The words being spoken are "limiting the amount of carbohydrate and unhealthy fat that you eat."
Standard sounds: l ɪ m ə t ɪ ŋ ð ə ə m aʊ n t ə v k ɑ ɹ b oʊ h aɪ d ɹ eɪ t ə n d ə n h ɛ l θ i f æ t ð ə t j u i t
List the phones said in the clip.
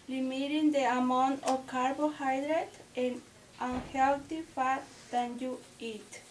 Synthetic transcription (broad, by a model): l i m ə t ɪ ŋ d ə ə m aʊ n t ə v k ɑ ɹ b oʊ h aɪ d ɹ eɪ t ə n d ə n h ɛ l t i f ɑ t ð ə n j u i t